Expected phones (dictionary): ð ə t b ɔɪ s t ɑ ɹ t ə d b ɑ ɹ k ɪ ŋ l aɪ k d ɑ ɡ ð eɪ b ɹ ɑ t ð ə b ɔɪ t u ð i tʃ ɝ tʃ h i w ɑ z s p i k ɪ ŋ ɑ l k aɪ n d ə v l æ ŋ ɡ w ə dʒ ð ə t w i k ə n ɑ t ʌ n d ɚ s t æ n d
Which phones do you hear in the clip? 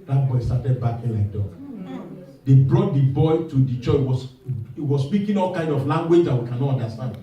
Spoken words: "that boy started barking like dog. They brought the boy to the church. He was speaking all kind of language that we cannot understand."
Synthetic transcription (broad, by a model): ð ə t b ɔɪ s t ɑ t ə d b ɑ k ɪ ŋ l aɪ k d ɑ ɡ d eɪ b ɹ ɑ t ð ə b ɔɪ t u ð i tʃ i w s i w ɑ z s p i k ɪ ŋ ɑ l k aɪ n d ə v l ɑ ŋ ɡ w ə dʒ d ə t w i k ə n ɑ t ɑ n d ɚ s t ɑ n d